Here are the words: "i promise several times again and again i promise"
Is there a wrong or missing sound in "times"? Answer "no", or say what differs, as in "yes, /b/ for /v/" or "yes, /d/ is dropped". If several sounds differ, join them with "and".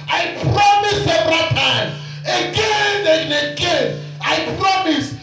yes, /z/ is dropped